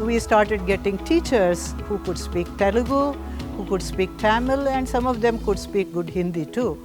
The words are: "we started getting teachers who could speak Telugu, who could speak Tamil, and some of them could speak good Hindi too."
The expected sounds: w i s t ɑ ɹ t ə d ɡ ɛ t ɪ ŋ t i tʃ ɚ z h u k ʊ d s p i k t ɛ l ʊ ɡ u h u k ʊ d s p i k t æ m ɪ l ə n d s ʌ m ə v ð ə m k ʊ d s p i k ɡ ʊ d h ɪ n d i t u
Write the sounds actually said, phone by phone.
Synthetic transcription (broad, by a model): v i s t ɑ ɹ t ə d ɡ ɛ t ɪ ŋ t i tʃ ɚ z h u k ʊ d s p i k t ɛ l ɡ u h u k ʊ d s p i k t æ m ɪ l ə n d s ʌ m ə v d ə m k ʊ d s p i k ɡ ʊ d h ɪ n d i t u